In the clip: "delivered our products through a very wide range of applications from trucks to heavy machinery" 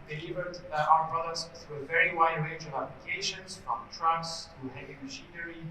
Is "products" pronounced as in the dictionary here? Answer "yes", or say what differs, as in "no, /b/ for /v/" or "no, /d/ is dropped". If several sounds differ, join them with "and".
no, /k/ is dropped